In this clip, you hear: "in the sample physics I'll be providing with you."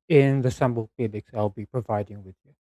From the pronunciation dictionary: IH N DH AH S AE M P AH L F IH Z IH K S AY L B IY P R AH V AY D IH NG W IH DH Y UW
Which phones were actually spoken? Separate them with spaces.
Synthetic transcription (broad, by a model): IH N DH AH S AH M B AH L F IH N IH K S AY L B IY P R AH V AY D IH NG W IH DH Y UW